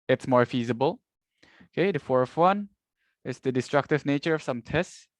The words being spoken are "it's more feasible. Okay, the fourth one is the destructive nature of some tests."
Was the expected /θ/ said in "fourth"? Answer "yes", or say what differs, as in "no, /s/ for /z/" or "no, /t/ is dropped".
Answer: no, /f/ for /θ/